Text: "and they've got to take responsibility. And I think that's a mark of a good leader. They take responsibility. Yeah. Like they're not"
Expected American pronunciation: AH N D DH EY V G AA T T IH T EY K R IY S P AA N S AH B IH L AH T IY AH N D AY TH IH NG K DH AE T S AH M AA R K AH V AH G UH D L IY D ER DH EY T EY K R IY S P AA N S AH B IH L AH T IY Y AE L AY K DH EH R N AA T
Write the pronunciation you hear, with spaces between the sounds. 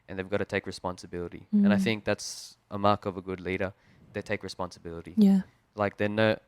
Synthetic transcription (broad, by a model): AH N DH EY V G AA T T IH T EY K R IY S P AA N S AH B IH L AH T IY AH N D AY TH IH NG K DH AE T S AH M AA R K AH V AH G UH D L IY D ER DH EY T EY K R IY S P AA N S AH B IH L AH T IY Y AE L AY K DH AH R N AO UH